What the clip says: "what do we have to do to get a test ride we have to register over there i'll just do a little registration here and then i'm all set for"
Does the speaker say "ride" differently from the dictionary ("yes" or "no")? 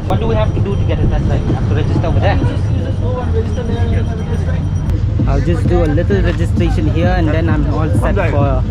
yes